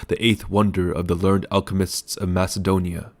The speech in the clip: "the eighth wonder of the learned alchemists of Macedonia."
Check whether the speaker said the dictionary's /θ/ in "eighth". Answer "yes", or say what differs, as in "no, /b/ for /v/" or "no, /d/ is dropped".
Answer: yes